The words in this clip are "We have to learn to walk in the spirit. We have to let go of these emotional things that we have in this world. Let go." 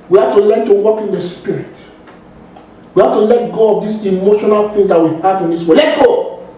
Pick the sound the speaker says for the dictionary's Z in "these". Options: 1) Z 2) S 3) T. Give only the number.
2